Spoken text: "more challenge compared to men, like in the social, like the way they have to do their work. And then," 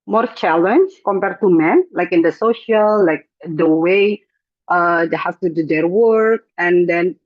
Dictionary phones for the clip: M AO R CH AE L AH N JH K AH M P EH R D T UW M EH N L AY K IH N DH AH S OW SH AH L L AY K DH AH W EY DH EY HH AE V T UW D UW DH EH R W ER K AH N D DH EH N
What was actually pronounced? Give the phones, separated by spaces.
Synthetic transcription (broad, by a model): M AO R CH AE L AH N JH K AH M P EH R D T UW M EH N L AY K IH N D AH S OW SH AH L L AY K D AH W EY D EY HH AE F T UW D UW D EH R W ER K AH N D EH N